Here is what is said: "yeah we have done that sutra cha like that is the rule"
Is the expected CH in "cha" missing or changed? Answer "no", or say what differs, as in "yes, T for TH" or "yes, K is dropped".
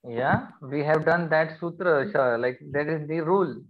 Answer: yes, SH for CH